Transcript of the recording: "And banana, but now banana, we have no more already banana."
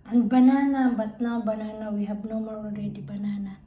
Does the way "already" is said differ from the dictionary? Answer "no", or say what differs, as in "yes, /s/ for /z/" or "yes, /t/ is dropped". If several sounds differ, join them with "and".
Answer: yes, /n/ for /l/